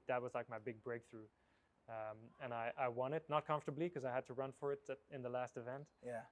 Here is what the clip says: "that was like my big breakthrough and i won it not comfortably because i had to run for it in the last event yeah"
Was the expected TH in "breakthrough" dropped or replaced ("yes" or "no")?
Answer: no